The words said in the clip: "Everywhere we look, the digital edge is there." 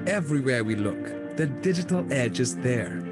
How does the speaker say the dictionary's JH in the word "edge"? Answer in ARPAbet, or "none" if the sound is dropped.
JH